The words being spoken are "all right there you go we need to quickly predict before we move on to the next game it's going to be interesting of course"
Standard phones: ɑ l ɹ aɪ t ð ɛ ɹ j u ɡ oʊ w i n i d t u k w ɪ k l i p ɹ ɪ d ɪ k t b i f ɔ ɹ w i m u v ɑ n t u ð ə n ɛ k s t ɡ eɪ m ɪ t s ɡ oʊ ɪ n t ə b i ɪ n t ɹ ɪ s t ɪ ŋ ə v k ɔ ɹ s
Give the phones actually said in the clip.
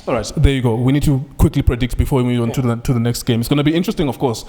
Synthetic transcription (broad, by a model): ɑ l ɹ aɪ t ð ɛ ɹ j u ɡ oʊ w i n i d t u k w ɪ k l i p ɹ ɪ d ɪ k t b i f ɔ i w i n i ɑ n t u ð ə n ɛ k s t ɡ eɪ m ɪ t s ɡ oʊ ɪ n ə b i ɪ n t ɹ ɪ s t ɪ ŋ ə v k ɔ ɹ s